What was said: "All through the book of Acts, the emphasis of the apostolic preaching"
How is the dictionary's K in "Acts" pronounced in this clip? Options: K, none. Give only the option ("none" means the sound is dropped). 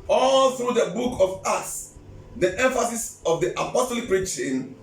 none